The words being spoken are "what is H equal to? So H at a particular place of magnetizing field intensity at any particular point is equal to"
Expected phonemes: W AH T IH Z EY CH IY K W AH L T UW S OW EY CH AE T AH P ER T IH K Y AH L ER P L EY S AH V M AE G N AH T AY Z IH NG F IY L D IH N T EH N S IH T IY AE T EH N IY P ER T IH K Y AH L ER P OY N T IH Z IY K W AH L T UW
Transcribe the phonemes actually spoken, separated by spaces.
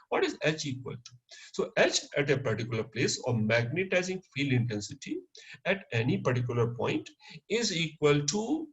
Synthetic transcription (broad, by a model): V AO T IH Z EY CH IY K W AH L T UW S OW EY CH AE T AH P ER T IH K Y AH L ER P L EY S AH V M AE G N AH T AY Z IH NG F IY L IH N T EH N S IH T IY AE T EH N IY P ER T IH K Y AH L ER P OY N T IH Z IY K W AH L T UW